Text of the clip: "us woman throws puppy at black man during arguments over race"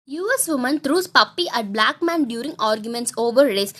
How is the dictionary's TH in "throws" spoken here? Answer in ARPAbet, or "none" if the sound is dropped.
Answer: T